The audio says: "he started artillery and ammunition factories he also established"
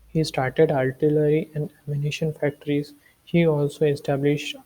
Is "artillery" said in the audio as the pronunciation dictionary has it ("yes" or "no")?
no